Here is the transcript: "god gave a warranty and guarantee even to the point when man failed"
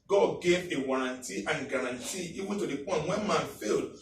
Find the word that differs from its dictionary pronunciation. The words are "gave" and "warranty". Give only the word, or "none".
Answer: none